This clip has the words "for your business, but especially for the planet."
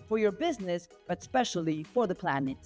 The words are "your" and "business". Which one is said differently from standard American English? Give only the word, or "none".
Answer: none